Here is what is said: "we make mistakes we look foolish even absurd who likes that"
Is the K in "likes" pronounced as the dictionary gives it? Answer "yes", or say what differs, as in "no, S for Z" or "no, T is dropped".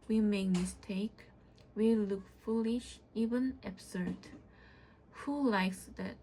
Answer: yes